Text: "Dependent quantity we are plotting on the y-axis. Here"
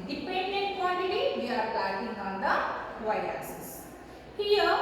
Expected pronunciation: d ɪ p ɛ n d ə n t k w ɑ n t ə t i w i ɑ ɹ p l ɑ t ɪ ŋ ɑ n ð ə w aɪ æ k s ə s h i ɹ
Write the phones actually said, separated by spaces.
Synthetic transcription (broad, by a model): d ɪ p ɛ n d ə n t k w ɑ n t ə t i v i ɑ ɹ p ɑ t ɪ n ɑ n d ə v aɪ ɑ s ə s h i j